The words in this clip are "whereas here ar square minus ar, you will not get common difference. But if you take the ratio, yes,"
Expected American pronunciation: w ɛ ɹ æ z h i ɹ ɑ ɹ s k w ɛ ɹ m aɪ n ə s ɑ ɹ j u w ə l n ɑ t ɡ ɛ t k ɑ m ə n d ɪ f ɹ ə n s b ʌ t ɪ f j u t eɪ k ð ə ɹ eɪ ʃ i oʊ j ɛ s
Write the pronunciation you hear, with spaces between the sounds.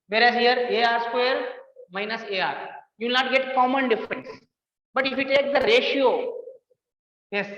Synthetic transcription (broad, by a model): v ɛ ɹ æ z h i ɹ ɑ ɹ s k w ɛ ɹ m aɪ n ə s ɑ ɹ j u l n ɑ t ɡ ɛ t k ɑ m ə n d ɪ f ɹ ə n s b ʌ t ɪ f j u t eɪ k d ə ɹ eɪ ʃ i oʊ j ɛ s